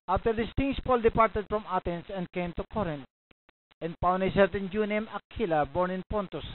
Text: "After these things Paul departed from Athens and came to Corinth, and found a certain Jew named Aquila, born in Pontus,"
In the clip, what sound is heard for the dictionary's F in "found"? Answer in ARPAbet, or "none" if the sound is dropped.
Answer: P